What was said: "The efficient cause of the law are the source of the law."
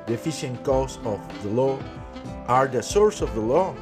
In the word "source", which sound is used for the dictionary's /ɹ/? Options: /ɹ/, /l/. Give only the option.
/ɹ/